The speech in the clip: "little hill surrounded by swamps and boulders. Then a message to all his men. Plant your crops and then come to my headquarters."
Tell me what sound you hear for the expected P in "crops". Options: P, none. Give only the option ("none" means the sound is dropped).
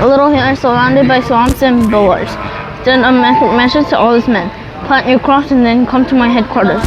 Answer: none